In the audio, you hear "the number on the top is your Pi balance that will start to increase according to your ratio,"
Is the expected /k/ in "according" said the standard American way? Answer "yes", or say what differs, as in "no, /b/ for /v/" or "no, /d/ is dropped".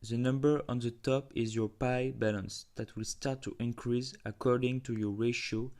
yes